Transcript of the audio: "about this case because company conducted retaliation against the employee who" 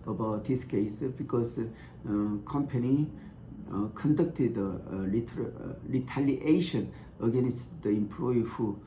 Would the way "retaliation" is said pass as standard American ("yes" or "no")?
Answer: no